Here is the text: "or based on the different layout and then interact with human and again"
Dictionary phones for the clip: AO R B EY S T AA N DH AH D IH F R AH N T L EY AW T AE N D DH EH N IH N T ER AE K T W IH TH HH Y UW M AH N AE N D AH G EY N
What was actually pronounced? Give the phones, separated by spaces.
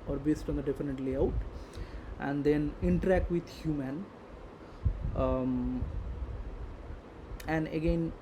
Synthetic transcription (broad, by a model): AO R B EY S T AA N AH D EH F AH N T L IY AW T AE N D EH N IH N T ER AE K T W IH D HH Y UW M AH N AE N D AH G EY N